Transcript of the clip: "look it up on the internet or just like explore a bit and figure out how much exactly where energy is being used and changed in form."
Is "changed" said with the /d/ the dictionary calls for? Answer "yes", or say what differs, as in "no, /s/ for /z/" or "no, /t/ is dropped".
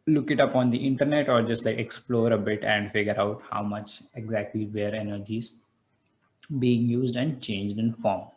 yes